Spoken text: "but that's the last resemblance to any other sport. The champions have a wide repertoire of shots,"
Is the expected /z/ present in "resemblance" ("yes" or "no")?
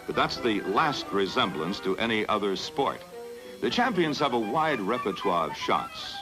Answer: yes